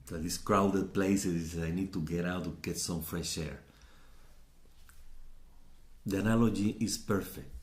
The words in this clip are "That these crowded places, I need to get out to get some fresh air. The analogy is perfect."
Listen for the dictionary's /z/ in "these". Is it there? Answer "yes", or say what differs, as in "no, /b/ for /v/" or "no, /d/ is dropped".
no, /s/ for /z/